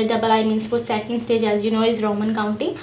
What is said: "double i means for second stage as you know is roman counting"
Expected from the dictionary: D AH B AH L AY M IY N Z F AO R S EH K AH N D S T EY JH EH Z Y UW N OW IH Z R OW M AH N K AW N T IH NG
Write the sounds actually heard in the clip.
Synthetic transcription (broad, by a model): D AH B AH L AY M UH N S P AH L S EH K AH N D S T EY JH EH Z Y UW N OW IH Z R OW M AH N K AW N T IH